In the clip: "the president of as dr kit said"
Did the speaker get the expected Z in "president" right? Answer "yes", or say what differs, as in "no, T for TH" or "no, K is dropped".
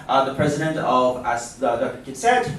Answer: yes